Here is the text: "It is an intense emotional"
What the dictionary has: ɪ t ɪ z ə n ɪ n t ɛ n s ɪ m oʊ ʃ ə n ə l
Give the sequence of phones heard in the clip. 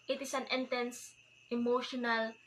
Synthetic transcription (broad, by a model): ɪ t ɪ s ə n ɪ n t ɛ n s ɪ m oʊ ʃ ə n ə l